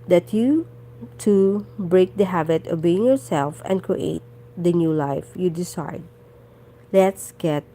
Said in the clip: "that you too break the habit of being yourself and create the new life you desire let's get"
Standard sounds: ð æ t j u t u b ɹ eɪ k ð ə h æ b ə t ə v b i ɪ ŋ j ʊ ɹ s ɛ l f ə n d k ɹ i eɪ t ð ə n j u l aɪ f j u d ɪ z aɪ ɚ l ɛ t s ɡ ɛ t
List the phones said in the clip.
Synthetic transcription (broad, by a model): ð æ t j u t u b ɹ eɪ k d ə h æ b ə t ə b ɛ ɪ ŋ j ʊ ɹ s ɛ l f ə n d k ɹ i eɪ t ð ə n j u l aɪ f j u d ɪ s aɪ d l ɛ t s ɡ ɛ t